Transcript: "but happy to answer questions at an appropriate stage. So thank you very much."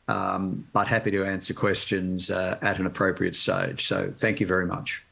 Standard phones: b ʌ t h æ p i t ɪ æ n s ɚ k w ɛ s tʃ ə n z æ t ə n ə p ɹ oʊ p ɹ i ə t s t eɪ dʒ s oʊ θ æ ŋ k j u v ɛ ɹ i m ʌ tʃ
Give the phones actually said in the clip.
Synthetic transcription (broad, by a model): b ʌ t h æ p i t ɪ æ n s ɚ k w ɛ s tʃ ə n z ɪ t ə n ə p ɹ oʊ p ɹ i ə t s t eɪ dʒ s oʊ θ æ ŋ k j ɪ v ɛ ɹ i m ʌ tʃ